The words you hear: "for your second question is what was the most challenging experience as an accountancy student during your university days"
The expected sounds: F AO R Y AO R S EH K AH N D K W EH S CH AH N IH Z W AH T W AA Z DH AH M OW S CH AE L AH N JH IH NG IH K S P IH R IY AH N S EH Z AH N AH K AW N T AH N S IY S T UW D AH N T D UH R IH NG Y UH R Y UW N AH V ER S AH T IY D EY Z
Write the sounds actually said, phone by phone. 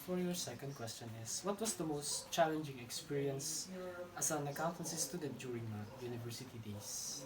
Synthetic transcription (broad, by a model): F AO R Y AO R S EH K AH N D K W EH S CH AH N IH S W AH T W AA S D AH M OW S CH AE L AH N JH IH NG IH K S P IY R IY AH N S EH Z AH N AH K AW N T AH N S IY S T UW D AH T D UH R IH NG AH Y UW N AH V ER S AH T IY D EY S